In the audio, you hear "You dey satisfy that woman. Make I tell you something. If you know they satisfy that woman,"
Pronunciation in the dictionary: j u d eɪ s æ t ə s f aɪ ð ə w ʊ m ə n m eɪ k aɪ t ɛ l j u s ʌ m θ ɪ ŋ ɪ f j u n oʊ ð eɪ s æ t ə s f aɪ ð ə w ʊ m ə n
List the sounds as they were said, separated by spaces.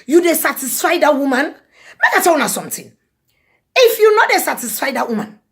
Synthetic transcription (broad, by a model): j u d eɪ s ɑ t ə s f aɪ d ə w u m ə n m eɪ k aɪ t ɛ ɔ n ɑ s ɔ m t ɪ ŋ ɪ f j u n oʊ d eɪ s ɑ t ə s f aɪ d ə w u m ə n